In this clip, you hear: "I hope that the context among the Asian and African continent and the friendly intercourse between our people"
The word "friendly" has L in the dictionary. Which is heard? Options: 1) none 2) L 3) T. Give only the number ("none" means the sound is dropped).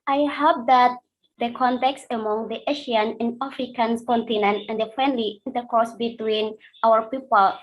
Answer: 2